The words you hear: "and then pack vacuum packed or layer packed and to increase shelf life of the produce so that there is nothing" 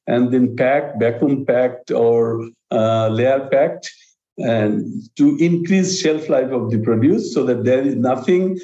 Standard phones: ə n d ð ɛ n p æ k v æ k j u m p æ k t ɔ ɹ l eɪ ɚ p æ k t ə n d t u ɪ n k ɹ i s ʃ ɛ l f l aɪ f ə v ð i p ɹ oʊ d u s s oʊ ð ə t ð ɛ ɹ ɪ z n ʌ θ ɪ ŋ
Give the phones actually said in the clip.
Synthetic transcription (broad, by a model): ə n d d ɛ n p æ k b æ k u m p æ k t ɔ ɹ l eɪ ɚ p æ k t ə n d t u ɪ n k ɹ i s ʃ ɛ l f l aɪ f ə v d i p ɹ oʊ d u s s oʊ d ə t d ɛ ɹ ɪ z n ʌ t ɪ ŋ